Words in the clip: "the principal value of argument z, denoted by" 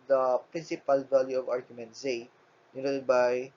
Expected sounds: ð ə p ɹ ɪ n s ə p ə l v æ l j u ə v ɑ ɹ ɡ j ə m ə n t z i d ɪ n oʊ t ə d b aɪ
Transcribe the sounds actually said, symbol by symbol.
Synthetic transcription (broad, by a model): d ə p ɹ ɪ n s ə p ə l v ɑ l j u ə v ɑ ɹ ɡ j ə m ə n t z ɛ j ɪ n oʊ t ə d b aɪ